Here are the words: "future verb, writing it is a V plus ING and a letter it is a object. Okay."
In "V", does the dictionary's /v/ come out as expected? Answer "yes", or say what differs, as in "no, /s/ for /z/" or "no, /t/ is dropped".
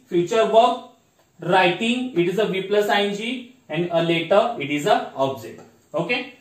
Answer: yes